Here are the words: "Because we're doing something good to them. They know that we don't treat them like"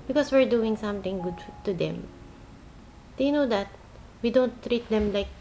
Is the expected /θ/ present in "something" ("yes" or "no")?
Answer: no